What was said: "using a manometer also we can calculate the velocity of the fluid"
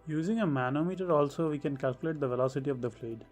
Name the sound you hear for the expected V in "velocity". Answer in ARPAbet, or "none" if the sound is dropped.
V